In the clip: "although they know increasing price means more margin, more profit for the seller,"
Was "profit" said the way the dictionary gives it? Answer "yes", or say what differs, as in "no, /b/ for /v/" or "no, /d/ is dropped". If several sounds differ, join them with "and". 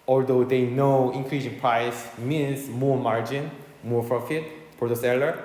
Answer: yes